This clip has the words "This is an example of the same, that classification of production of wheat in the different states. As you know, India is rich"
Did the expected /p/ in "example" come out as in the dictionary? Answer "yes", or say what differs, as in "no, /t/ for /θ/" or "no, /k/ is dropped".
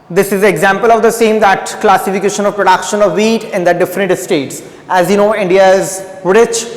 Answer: yes